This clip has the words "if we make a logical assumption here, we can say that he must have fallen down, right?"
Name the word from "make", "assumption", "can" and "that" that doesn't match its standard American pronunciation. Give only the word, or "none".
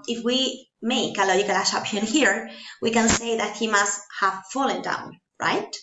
assumption